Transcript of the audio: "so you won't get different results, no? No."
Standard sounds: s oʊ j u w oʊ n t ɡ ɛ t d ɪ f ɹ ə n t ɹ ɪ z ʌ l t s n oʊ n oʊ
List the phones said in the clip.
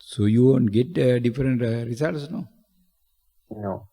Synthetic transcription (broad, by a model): s oʊ j u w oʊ n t ɡ ɛ t d ɪ f ɹ ə n t ɹ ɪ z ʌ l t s n oʊ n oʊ